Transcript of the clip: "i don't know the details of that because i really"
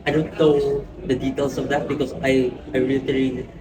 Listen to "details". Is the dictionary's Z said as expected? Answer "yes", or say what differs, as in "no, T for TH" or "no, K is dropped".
no, S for Z